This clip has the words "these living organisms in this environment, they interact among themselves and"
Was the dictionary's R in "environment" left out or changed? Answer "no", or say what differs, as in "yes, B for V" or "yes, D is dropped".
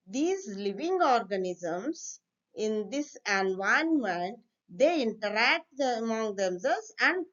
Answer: yes, R is dropped